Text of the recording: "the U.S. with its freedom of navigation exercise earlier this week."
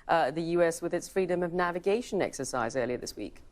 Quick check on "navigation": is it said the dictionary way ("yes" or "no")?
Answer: yes